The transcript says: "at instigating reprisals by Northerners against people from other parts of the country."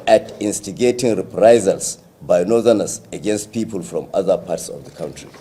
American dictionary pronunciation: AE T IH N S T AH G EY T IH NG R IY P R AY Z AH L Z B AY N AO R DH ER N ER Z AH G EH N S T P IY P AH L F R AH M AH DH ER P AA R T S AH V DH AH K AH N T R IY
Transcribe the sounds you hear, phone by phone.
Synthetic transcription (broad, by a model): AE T IH N S T AH G EY T IH NG R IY P R AY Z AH L S B AY N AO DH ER N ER S AH G EH N S T P IY P AH L F R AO M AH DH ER P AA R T S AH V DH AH K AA N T R IY